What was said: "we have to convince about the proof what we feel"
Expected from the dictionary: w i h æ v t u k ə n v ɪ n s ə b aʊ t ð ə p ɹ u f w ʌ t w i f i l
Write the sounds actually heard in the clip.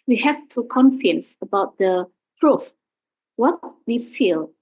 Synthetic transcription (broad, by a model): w i h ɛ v t u k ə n f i n s ə b aʊ t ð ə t ɹ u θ w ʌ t w i f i l